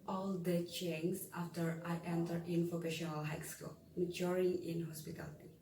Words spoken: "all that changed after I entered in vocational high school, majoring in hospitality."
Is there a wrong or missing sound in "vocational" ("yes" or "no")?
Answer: yes